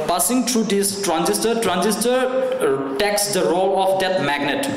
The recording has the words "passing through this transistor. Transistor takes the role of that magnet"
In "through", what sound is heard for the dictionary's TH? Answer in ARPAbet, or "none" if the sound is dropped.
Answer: T